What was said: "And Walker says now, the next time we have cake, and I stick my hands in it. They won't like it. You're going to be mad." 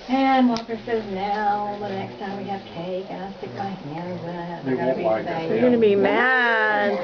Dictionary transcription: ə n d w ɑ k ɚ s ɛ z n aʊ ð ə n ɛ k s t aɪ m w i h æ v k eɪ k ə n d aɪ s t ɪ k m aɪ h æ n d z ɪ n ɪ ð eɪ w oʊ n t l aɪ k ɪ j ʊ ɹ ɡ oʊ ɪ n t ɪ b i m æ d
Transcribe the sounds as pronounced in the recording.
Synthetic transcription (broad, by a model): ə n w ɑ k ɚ s ɛ z n aʊ ð ə n ɛ k s t aɪ m w i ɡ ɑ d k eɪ k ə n aɪ s t ɪ k m aɪ h æ n d z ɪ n ɪ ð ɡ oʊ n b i ɪ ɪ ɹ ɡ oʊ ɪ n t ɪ b i m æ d